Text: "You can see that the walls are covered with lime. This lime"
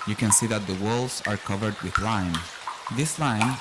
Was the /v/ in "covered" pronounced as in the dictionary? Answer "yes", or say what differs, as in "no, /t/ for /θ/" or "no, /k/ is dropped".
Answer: yes